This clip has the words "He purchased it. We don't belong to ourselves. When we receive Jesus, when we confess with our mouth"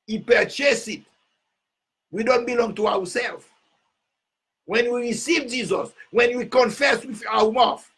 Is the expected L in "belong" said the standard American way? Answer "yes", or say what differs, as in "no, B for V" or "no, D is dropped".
yes